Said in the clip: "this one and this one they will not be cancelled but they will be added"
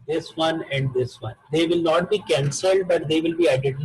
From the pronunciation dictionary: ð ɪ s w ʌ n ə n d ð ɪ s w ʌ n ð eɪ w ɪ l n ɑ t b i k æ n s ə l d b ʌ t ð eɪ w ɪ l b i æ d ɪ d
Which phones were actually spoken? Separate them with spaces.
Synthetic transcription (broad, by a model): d ɪ s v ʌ n ə n d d ɪ s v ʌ n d eɪ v ɪ l n ɑ t b i k æ n s ə l d b ʌ t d eɪ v ɪ l b i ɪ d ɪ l